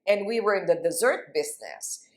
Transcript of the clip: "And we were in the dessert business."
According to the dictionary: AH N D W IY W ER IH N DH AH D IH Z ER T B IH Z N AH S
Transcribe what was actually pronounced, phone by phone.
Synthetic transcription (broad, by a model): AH N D W IY W ER IH N DH AH D IH Z ER T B IH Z N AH S